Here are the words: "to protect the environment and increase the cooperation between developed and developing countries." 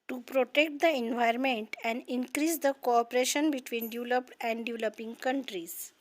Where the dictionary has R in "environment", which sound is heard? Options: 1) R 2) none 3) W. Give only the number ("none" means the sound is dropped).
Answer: 2